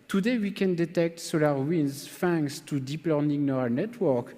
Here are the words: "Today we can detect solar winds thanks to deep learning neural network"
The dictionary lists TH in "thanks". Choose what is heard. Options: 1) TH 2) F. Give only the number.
2